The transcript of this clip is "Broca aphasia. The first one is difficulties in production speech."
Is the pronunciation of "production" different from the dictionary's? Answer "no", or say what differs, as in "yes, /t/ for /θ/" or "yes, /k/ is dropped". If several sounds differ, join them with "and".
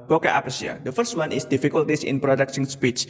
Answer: yes, /s/ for /ʃ/